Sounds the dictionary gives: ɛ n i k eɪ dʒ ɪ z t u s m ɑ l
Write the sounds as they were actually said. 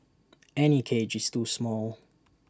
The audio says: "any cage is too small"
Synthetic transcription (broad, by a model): ɛ n i k eɪ dʒ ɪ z t u s m ɑ l